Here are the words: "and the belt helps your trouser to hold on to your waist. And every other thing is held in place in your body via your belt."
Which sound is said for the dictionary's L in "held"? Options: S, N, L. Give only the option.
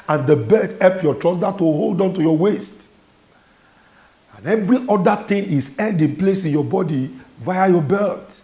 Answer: N